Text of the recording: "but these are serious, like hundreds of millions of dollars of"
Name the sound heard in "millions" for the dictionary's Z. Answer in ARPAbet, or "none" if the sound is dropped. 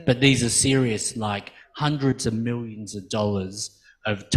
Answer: Z